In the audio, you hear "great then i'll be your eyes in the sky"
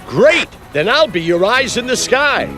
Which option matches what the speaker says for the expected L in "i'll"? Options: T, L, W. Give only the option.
L